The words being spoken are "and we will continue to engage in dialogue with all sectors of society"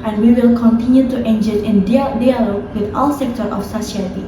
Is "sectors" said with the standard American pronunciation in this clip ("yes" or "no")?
no